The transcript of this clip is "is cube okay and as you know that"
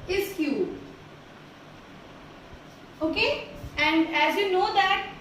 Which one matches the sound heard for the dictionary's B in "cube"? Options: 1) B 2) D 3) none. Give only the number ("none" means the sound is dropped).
3